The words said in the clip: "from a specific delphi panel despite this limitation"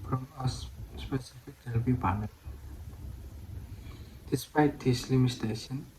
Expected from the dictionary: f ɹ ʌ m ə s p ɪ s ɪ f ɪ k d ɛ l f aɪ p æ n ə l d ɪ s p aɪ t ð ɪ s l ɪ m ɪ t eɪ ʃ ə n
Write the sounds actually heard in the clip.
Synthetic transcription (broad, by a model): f ɹ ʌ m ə s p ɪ s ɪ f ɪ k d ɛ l p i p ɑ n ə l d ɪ s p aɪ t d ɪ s l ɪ m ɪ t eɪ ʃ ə n